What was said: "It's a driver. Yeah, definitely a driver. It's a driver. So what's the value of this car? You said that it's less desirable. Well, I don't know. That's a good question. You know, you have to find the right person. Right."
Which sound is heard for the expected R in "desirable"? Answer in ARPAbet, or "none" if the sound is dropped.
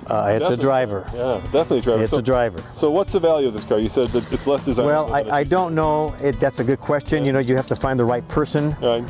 W